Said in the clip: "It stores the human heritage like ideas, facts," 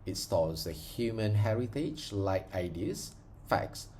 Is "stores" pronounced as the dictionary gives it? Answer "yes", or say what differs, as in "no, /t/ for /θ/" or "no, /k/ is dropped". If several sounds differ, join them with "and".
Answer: no, /l/ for /ɹ/